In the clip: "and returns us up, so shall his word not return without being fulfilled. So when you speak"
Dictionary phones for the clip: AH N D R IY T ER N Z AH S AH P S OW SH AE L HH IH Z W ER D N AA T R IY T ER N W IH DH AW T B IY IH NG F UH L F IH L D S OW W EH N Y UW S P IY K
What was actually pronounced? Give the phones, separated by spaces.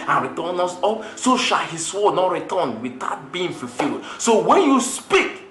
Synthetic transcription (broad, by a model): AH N R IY T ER N AO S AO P S OW SH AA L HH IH S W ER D N AA T R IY T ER N W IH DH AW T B IY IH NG F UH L F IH L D S OW W EH N Y UW S P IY K